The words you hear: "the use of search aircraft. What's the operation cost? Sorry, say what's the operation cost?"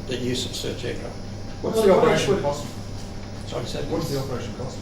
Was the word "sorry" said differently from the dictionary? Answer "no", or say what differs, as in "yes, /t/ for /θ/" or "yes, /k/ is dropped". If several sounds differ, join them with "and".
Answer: yes, /ɹ/ is dropped